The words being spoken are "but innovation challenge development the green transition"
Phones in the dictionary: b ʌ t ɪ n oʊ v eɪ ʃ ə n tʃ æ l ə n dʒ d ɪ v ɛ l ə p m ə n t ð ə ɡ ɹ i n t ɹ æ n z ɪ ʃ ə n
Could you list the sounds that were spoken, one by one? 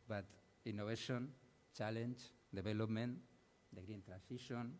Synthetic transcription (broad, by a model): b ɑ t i n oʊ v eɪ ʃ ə n tʃ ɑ l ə n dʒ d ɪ b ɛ l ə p m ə n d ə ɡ ɹ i n t ɹ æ n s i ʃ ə n